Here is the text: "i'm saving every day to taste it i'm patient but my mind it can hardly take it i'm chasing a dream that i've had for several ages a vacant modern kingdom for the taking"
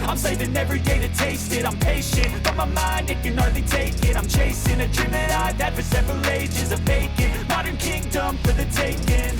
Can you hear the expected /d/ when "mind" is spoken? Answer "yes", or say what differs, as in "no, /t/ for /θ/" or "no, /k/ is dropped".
yes